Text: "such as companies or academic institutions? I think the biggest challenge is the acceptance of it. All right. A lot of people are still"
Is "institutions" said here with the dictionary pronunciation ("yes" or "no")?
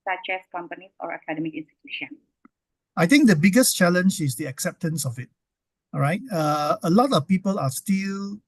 no